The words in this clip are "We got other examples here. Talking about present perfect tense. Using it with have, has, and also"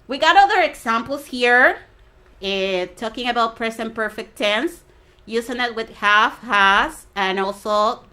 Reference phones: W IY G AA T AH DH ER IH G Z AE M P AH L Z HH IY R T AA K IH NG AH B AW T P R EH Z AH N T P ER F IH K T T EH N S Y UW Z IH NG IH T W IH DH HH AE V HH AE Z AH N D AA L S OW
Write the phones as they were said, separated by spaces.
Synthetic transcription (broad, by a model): W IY G AA T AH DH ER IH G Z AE M P L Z HH IY R T AA K IH NG AH B AW T P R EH S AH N P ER F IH K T T EH N S Y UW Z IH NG IH T W IH DH HH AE F HH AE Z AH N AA L S OW